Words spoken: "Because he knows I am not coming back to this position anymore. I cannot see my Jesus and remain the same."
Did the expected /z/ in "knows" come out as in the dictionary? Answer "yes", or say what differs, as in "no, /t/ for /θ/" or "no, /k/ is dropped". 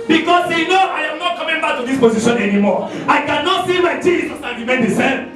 no, /z/ is dropped